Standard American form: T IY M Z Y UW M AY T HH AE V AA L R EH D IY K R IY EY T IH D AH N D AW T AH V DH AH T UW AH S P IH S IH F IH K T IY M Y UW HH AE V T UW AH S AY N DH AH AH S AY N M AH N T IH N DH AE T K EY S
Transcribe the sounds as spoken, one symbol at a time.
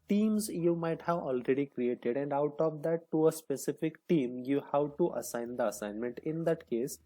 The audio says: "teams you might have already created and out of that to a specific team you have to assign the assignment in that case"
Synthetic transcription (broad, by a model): T IY M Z Y UW M AY T HH AE V AA L R EH D IY K R IY EY T IH D AH N D AW T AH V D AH T UW AH S P IH S IH F IH K T IY M Y UW HH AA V T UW AH S AY N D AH AH S AY N M AH N T IH N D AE T K EY S